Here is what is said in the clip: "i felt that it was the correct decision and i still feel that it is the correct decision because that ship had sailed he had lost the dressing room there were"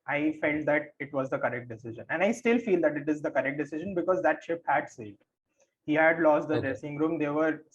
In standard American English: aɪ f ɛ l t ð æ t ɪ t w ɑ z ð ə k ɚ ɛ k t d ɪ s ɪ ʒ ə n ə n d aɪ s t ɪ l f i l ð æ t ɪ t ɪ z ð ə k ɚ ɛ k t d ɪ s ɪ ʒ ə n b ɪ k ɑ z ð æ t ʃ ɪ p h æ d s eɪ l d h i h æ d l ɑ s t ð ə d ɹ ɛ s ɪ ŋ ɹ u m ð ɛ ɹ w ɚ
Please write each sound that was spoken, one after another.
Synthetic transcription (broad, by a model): aɪ f ɛ l t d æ t ɪ t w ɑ z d ə k ɚ ɛ k t d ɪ s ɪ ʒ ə n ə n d aɪ s t ɪ l f i l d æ t ɪ t ɪ z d ə k ɚ ɛ k t d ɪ s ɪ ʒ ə n b ɪ k ɑ z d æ t ʃ ɪ p h æ d s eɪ d h i h æ d l ɑ s t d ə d ɹ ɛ s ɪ ŋ ɹ u m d ɛ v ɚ